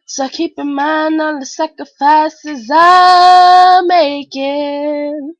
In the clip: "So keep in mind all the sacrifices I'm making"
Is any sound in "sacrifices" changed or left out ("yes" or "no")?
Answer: no